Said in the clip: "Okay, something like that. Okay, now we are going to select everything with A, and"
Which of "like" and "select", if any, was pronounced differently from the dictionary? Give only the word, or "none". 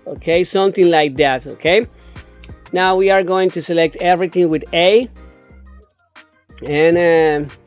none